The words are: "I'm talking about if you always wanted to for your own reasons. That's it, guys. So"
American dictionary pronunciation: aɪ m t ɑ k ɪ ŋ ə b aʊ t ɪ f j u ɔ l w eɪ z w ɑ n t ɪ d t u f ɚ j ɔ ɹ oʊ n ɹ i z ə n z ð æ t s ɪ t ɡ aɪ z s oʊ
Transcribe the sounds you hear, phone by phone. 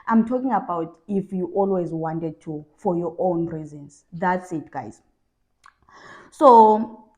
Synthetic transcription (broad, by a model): aɪ m t ɑ k ɪ ŋ ə b aʊ t ɪ f j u ɔ l w eɪ z w ɑ n t ɪ d t u f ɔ j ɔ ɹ oʊ n ɹ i z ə n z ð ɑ t s ɪ t ɡ aɪ z s oʊ